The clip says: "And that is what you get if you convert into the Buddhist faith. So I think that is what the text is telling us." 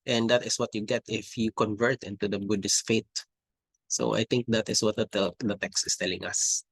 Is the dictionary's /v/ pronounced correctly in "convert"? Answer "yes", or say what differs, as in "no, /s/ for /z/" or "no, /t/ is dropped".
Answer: yes